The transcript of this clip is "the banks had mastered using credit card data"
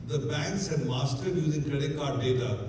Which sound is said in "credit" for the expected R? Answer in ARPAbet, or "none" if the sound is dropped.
none